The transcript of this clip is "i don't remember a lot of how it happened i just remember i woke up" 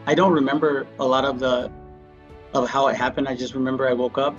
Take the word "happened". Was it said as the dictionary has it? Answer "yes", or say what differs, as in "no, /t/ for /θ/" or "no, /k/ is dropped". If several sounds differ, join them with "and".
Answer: yes